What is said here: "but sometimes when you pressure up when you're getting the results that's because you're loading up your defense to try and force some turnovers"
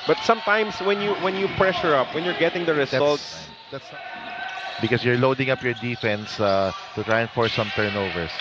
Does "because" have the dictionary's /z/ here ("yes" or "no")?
no